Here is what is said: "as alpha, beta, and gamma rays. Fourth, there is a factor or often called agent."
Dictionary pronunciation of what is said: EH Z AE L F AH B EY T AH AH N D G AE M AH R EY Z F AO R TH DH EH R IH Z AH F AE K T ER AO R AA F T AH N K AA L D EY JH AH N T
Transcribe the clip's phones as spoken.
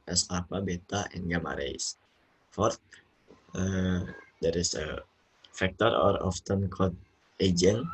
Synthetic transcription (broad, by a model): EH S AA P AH B EY T AH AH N G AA M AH R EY S F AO R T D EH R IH S AH F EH K T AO AO R AA F T AH N K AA D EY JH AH N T